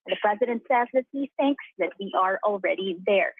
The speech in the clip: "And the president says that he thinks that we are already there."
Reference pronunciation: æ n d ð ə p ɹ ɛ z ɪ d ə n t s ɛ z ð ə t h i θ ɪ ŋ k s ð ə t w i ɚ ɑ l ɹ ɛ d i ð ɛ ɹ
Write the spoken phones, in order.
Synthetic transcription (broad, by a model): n ð ə p ɹ ɛ z ɪ d ə n t s ɛ z ð ə t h i θ ɪ ŋ k s ð ə t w i ɚ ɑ l ɹ ɛ d i ð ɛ ɹ